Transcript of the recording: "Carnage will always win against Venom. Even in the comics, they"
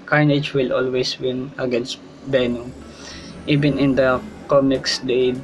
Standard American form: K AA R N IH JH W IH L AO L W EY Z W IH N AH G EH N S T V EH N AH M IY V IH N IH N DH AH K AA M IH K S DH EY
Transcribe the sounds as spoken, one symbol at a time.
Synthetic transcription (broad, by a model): K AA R N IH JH W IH L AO L W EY S W IH N AH G EH N S T B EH N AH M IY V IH N IH N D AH K AA M IH K S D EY